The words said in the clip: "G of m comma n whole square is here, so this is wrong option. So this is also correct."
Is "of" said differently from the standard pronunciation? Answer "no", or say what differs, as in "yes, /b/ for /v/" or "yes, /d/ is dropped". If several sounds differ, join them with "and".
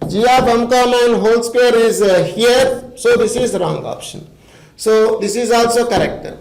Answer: yes, /b/ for /v/